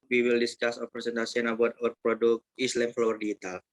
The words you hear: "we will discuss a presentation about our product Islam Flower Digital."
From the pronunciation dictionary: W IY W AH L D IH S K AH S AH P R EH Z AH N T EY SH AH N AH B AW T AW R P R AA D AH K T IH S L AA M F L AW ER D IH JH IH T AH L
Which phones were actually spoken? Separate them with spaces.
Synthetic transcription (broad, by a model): W IY W AH L D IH S K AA S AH P R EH S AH N T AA S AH N AH B AW T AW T P R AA D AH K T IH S L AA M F L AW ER D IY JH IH T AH L